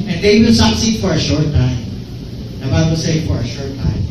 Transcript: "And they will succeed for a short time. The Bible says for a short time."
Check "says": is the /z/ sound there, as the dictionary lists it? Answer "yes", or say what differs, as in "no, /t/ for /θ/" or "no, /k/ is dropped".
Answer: no, /z/ is dropped